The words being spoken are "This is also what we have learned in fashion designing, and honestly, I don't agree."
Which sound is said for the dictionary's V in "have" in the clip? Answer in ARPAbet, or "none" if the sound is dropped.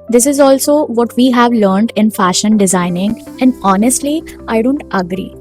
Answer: V